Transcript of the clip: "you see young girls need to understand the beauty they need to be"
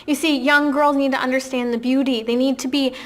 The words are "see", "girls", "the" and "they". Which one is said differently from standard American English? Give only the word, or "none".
none